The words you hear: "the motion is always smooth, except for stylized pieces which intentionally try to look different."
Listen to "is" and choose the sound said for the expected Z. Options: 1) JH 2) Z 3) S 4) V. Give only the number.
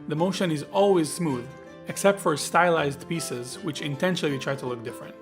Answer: 2